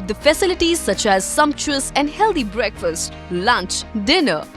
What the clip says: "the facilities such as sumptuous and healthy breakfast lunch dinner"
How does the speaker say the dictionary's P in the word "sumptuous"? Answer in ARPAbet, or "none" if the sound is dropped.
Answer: P